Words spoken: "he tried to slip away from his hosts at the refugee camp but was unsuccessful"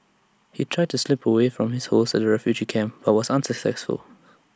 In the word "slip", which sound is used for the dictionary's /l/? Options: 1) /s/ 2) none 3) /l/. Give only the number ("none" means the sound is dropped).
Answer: 3